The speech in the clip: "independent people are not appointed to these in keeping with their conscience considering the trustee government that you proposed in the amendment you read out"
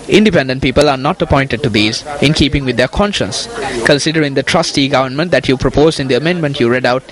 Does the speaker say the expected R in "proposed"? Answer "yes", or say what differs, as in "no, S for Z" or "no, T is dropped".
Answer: yes